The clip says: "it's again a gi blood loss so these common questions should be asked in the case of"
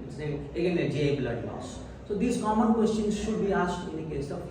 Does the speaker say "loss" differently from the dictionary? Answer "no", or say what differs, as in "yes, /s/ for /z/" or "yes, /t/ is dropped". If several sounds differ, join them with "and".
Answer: yes, /n/ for /l/